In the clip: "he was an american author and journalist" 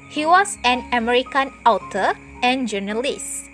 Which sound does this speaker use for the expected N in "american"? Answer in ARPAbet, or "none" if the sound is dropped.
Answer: N